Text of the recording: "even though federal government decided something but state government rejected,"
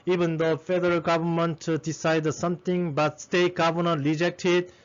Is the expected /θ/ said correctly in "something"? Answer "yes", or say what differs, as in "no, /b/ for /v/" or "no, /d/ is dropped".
no, /t/ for /θ/